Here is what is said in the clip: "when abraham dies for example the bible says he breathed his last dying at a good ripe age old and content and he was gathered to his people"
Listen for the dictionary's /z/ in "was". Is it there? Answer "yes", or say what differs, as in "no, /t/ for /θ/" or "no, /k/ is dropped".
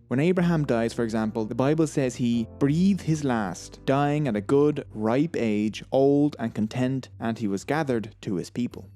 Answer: yes